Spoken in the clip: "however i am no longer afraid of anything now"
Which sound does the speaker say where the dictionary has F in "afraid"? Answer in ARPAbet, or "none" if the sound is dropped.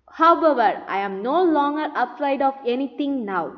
P